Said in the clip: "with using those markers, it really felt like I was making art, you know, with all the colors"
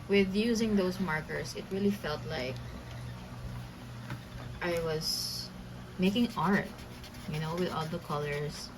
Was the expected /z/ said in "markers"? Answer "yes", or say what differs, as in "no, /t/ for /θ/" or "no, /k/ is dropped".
no, /s/ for /z/